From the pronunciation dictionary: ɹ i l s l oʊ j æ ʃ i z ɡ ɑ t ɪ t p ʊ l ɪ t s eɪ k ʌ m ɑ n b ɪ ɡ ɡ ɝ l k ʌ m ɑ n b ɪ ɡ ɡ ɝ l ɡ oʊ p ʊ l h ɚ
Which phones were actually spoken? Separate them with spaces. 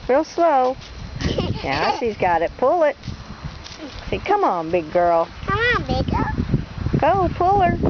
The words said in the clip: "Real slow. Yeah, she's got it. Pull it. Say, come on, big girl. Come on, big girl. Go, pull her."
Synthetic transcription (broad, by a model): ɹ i l s l oʊ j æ s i z ɡ ɑ t ɪ t p ʊ l ɪ t s eɪ k ʌ m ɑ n b ɪ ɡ ɡ ɝ l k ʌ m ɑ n b ɪ ɡ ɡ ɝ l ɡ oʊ p ʊ l ɚ